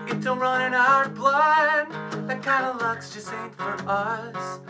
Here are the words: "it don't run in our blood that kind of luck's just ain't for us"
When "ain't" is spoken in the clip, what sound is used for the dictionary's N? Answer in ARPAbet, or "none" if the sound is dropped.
none